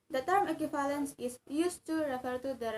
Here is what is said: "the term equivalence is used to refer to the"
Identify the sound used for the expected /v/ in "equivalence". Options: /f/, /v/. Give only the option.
/f/